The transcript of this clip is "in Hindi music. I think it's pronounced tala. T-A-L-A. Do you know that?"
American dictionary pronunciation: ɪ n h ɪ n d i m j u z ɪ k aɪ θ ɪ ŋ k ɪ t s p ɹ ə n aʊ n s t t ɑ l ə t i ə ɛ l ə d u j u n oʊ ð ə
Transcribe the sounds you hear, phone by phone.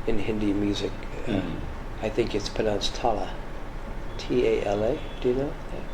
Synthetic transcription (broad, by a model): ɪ n h ɪ n d i m j u z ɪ k aɪ θ ɪ ŋ k ɪ t s p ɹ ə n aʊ n s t t ɑ l ə t i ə ɛ l ə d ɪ j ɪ n oʊ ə